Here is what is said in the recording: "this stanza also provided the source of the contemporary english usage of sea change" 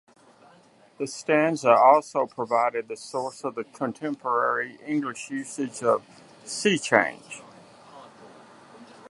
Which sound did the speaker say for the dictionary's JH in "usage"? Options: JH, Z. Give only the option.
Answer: JH